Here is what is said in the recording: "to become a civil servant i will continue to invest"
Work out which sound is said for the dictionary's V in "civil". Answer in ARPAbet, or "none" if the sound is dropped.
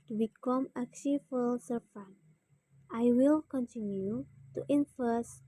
F